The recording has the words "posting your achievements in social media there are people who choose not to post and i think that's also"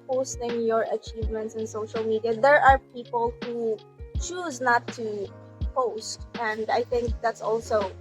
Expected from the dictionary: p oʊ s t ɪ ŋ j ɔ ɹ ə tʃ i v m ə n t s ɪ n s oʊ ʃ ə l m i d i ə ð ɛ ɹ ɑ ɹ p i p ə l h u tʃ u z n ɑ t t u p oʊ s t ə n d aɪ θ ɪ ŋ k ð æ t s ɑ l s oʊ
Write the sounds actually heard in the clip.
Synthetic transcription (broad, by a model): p oʊ s t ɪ ŋ j ɔ ɹ ə tʃ i v m ə n t s ɪ n s oʊ ʃ ə l m i d i ə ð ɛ ɹ ɑ ɹ p i p ə l h u tʃ u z n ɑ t t u p oʊ s t ə n d aɪ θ ɪ ŋ k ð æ t s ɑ l s oʊ